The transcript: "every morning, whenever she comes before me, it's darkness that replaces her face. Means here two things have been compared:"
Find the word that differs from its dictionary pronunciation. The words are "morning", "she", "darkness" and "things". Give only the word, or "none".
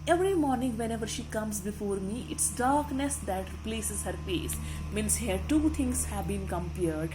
things